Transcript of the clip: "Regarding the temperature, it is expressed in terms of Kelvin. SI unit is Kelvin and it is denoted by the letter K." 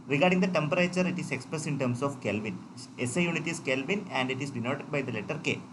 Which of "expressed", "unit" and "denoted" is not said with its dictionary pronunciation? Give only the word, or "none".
expressed